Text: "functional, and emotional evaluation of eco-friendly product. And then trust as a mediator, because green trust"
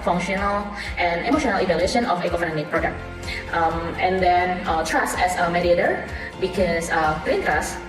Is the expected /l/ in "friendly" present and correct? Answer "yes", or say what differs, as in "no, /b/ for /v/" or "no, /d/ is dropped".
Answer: no, /l/ is dropped